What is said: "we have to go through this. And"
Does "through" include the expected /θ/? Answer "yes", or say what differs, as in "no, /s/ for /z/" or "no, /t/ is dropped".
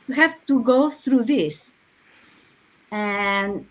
yes